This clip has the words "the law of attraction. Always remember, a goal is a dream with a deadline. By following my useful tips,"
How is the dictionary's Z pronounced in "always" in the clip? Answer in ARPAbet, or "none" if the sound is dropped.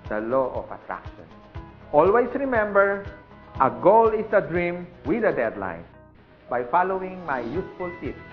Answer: S